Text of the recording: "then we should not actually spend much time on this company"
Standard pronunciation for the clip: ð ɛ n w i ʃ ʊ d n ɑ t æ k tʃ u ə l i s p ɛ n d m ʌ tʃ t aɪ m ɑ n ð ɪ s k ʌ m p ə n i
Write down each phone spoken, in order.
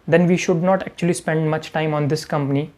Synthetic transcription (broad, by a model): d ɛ n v i ʃ ʊ d n ɑ t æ k tʃ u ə l i s p ɛ n d m ʌ tʃ t aɪ m ɑ n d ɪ s k ʌ m p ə n i